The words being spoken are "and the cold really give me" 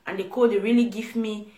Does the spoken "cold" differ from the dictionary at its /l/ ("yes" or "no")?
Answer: yes